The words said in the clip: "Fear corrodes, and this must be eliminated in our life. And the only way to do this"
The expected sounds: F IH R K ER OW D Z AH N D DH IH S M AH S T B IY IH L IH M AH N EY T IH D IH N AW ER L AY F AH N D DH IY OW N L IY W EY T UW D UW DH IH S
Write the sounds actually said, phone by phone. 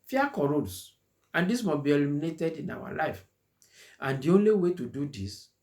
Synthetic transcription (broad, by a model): F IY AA K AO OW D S AH N D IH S M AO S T B IY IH L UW M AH N EY T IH D IH N AW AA L AY F AH N D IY OW N L IY W EY T UW D UW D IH S